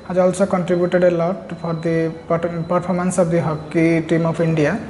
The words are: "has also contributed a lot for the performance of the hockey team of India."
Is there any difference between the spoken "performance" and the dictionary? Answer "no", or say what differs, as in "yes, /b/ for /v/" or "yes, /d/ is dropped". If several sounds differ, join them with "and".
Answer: yes, /p/ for /f/